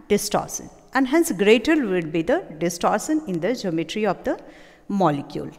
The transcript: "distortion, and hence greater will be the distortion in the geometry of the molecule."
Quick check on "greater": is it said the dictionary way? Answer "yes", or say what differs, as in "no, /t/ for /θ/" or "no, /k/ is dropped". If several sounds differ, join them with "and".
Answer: yes